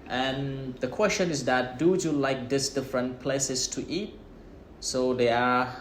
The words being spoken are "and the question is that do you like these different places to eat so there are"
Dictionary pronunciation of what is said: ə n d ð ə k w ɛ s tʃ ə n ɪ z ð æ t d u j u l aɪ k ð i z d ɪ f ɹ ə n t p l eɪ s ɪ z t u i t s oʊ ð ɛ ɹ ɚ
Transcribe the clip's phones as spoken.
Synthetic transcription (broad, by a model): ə n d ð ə k w ɛ s tʃ ə n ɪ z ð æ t d u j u l aɪ k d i s d ɪ f ɹ ə n t p l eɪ s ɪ s t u i t s oʊ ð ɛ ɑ